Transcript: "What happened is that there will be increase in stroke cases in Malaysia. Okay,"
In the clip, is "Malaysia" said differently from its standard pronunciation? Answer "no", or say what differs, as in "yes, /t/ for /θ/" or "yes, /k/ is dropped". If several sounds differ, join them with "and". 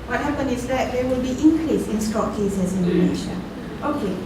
yes, /n/ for /l/